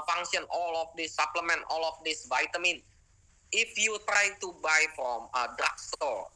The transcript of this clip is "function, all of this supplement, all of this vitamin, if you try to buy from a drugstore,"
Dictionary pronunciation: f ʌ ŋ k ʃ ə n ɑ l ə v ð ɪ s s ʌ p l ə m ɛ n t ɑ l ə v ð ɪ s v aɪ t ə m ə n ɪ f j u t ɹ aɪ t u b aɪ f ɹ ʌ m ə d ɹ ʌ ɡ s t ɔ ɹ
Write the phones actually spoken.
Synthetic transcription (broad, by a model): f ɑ ŋ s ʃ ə n ɑ l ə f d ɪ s s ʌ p l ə m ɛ n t ɑ l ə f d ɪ s v aɪ t ə m ə n ɪ f j u t ɹ aɪ t u b aɪ f ɹ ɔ m ə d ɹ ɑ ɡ s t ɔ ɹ